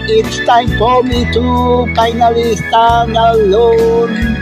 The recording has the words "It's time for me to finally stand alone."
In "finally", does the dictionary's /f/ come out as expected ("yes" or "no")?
no